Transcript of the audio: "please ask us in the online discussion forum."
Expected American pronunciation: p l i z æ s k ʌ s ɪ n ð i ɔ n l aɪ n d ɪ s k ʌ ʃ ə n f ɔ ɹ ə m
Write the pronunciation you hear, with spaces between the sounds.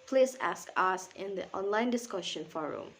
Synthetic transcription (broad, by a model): p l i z æ s k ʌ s ɪ n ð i ɔ n l aɪ n d ɪ s k ʌ ʃ ə n f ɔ ɹ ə m